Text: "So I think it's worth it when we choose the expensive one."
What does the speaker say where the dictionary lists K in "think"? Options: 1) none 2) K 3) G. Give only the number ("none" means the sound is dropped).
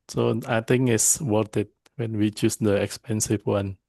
1